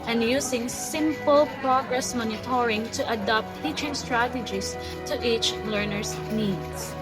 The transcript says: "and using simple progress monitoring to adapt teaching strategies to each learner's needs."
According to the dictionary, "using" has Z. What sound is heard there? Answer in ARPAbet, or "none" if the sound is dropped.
S